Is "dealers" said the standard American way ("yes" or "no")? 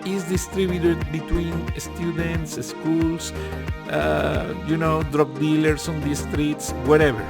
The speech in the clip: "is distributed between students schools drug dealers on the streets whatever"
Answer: no